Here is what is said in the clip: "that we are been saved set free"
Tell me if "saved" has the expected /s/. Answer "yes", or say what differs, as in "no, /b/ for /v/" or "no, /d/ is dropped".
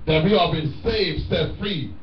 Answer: yes